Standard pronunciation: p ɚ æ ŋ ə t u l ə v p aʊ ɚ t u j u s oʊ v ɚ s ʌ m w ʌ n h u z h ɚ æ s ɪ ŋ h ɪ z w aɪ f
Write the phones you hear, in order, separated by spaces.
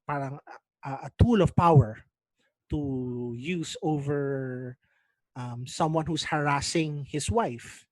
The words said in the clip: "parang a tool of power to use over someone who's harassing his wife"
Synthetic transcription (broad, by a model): p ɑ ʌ ŋ ə t u l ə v p aʊ ɚ t u j u s oʊ v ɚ s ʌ m w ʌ n h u s h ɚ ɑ s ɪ ŋ h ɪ s w aɪ f